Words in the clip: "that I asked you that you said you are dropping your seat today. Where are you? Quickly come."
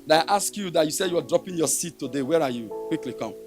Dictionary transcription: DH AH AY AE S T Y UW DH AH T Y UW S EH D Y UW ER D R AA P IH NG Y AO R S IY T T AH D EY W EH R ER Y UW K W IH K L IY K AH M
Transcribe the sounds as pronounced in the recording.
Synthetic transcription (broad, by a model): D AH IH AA S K Y UW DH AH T Y UW S EH D Y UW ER D R AA P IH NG Y AO S IY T T AH D EY W EH R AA Y UW K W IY K L IY K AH M